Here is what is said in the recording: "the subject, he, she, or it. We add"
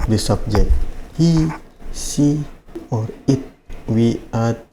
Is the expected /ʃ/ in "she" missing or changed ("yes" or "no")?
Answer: yes